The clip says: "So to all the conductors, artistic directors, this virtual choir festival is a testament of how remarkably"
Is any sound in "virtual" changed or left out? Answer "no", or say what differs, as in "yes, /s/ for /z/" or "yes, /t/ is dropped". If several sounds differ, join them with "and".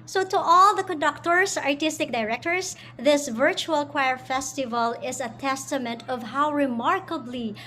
no